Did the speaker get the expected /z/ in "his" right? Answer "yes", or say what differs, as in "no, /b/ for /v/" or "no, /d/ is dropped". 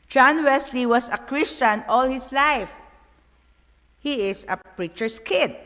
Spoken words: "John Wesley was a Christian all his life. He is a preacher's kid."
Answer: no, /s/ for /z/